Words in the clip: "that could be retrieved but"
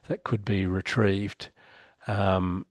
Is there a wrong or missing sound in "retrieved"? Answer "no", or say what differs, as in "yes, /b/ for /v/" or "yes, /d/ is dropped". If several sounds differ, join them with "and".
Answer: no